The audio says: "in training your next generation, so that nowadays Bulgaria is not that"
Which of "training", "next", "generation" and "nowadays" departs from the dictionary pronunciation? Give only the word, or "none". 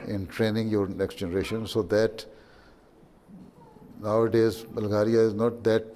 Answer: none